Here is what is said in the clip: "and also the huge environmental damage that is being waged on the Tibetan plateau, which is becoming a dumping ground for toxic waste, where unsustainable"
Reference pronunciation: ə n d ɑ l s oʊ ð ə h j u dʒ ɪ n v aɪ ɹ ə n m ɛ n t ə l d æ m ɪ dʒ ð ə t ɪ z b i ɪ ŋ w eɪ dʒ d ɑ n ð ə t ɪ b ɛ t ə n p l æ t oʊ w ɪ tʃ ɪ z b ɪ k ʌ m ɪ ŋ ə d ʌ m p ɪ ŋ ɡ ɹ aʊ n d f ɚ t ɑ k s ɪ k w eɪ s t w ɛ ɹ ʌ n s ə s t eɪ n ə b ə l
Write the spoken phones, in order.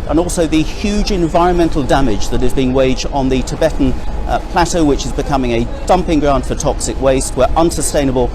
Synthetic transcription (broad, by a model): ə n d ɑ l s oʊ ð ə h j u dʒ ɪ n v aɪ ɹ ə n m ɛ n t l d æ m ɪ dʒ ð ə t ɪ z b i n w eɪ dʒ d n ð ə t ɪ b ɛ t n p l æ t oʊ w ɪ tʃ ɪ z b ɪ k ʌ m ɪ ŋ ə d ʌ m p ɪ ŋ ɡ ɹ aʊ n d f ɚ t ɑ k s ɪ k w eɪ s t w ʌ ɹ ʌ n s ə s t eɪ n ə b ə l